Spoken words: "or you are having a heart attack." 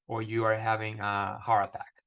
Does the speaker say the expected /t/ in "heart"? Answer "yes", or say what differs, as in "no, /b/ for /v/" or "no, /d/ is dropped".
no, /t/ is dropped